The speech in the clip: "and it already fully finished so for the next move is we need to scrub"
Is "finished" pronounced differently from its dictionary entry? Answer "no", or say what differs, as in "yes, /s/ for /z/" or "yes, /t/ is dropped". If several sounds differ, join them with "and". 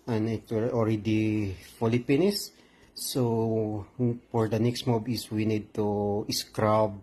yes, /p/ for /f/